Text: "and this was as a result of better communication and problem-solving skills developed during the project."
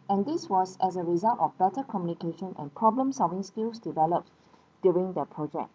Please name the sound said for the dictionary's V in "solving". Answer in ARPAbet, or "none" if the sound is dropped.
V